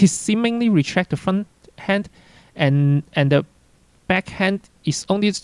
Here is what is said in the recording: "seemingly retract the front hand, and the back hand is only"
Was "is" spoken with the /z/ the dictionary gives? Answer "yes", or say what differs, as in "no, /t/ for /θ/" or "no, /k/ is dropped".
no, /s/ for /z/